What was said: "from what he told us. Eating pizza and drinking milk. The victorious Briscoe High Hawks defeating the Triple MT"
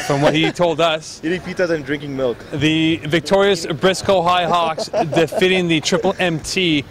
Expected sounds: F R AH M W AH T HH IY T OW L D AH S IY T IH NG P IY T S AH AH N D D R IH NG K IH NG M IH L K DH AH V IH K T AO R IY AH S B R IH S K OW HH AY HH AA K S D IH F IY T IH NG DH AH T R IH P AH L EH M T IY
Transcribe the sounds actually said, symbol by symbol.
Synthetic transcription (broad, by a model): F R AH M W AH T HH IY T OW L D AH S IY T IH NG P IY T AH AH N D D R IH NG K IH NG M IH L K DH AH V IH K T AO R IY AH S B R IH S K OW HH AY HH AA K S D IH F IY T IH NG DH AH T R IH P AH L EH M T IY